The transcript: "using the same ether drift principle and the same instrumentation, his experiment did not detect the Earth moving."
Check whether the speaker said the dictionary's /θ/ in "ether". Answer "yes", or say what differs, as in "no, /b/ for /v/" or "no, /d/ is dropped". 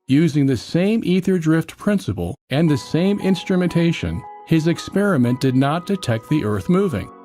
yes